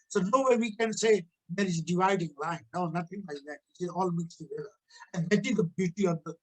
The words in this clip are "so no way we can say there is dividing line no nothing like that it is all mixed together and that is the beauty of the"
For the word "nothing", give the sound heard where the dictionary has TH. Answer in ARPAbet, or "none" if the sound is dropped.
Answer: T